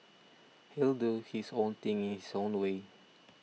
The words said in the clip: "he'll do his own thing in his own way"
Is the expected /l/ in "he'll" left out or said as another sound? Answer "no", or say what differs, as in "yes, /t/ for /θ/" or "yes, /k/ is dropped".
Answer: no